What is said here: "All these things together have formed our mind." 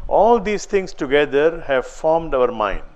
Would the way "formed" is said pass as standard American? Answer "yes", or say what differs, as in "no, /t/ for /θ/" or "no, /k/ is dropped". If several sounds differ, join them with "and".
yes